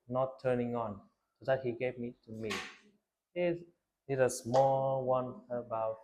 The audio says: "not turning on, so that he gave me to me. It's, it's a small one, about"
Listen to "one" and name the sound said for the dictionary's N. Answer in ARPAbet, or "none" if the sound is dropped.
N